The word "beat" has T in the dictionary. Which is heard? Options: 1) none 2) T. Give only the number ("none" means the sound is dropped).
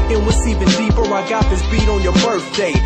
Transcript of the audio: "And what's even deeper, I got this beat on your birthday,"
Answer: 2